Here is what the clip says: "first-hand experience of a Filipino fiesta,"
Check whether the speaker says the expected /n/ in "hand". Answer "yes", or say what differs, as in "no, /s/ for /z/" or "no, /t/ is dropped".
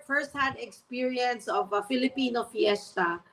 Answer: no, /n/ is dropped